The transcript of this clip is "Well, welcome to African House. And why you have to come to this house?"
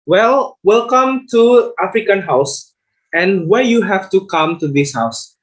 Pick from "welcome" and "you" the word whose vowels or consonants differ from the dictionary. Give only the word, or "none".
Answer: none